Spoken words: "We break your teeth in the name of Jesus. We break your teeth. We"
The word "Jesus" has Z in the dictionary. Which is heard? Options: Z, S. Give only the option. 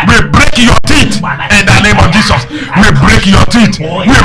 S